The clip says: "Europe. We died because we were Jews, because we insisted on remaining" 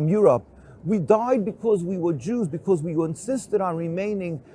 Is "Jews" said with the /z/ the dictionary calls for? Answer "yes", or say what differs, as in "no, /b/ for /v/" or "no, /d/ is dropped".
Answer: yes